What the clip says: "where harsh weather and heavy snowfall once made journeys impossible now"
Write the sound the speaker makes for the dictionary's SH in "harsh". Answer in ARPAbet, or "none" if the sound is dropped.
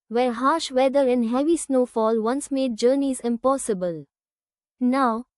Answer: SH